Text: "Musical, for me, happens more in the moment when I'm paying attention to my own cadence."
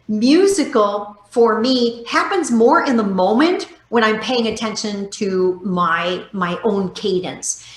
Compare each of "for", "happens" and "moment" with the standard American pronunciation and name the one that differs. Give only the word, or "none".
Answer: none